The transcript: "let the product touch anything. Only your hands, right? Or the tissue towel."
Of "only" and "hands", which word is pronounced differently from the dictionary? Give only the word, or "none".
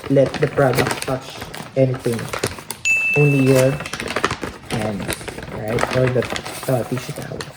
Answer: hands